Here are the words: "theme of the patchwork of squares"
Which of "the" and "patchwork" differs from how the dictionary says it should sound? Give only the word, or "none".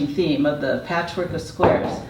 none